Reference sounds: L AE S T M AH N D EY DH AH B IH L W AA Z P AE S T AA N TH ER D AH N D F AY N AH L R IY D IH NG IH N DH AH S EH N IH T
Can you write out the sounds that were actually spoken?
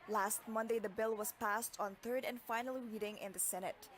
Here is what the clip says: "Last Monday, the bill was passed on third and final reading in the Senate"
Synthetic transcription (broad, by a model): L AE S T M AH N D EY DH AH B IH L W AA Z P AE S T AA N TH ER D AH N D F AY N AH L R IY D IH NG IH N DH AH S EH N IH T